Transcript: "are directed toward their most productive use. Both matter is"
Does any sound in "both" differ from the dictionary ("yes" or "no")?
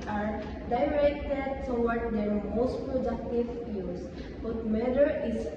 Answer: yes